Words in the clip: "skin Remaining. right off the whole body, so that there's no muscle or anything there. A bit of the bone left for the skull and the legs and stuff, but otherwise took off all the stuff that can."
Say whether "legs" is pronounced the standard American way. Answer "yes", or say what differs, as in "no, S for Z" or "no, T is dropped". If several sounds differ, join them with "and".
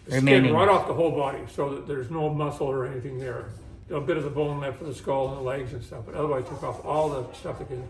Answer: yes